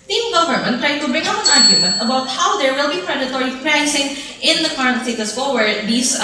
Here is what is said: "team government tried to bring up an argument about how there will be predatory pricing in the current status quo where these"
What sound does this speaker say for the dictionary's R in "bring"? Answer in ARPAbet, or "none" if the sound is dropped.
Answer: none